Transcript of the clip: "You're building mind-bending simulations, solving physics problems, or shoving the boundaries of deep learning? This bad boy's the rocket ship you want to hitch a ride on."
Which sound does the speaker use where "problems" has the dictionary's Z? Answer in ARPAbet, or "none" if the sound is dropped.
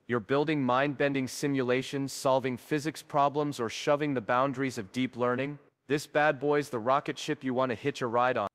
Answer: Z